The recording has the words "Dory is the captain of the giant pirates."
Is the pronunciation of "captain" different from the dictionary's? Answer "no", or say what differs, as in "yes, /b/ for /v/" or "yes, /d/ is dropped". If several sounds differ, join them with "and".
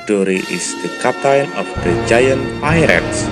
yes, /p/ is dropped